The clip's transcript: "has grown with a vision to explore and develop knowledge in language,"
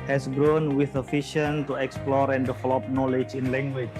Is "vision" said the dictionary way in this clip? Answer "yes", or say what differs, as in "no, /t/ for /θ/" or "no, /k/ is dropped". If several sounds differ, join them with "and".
no, /f/ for /v/ and /ʃ/ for /ʒ/